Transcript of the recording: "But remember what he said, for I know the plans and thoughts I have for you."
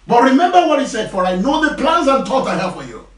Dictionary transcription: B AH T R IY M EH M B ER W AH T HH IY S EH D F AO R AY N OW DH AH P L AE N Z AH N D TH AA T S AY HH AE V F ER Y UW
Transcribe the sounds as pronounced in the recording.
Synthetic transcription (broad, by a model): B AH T R IY M EH M B ER W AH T HH IY S EH D F AO R AY N OW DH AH P L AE N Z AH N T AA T AY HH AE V F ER Y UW